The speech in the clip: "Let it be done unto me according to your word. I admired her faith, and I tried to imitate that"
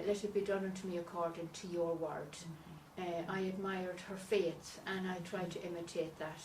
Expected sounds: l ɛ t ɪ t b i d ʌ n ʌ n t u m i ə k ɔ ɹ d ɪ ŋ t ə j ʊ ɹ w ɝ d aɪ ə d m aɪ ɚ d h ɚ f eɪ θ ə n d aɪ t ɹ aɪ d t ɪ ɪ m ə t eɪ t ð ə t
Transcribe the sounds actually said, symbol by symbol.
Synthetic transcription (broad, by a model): l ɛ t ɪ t b i d ʌ n ʌ n t u m i ə k ɔ ɹ d ɪ ŋ t ə j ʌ ɹ w ɝ d aɪ ə d m aɪ ɚ d h ɚ f eɪ s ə n aɪ t ɹ aɪ d t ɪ ɪ m ə t eɪ t ð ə t